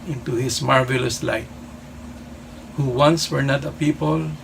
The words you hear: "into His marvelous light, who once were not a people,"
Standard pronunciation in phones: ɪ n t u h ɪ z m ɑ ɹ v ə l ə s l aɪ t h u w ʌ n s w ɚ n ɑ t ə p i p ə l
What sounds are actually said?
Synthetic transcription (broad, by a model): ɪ n t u h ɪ s m ɑ ɹ v ə l ə s l aɪ t h u w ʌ n s w ɚ n ɑ t ə p i p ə l